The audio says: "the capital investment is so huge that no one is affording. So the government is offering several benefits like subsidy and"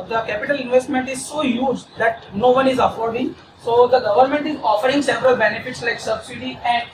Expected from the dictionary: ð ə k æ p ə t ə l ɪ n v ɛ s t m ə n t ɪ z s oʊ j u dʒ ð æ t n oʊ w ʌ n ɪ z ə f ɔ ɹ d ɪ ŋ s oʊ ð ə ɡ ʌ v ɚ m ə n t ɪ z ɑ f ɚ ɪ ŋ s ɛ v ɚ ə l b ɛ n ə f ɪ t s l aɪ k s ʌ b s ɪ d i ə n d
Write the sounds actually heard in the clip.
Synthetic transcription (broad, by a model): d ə k æ p ə t ə l ɪ n v ɛ s t m ə n t ɪ z s oʊ j u dʒ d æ t n oʊ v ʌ n ɪ z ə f ɔ ɹ d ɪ ŋ s oʊ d ə ɡ ʌ v ɚ m ə n t ɪ z ɑ f ɚ ɪ ŋ s ɛ v ɚ ə l b ɛ n ə f ɪ t s l aɪ k s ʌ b s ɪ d i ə n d